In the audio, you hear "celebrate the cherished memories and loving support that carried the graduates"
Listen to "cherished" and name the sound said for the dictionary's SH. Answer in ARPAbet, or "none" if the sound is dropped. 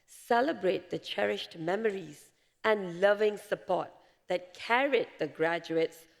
SH